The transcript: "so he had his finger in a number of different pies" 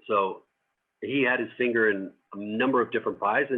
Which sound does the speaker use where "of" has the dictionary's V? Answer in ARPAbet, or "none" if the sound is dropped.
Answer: V